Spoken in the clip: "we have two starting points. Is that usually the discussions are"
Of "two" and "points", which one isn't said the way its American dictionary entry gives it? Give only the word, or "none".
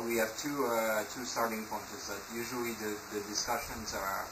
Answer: points